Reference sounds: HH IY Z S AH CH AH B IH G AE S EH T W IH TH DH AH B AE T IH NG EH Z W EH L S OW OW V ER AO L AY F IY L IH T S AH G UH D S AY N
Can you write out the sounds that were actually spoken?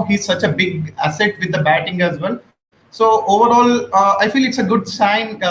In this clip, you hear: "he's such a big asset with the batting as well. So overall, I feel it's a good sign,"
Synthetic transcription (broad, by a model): HH IY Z S AH CH AH B IH G AE S EH T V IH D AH B AE T IH NG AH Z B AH N S OW OW V ER AO L AY F IY L IH T S AH G UH D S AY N